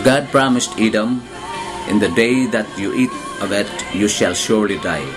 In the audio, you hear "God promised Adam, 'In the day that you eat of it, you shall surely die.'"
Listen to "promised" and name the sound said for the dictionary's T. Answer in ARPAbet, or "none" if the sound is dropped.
T